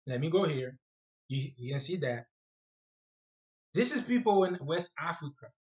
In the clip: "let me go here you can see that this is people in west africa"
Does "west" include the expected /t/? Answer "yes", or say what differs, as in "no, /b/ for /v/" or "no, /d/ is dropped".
yes